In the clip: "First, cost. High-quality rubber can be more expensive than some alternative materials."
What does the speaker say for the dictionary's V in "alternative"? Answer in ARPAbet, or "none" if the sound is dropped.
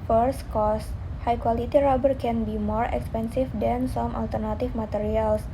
F